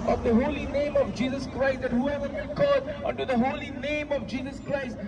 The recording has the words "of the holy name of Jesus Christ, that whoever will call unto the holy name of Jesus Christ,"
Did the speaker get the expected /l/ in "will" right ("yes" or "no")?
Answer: no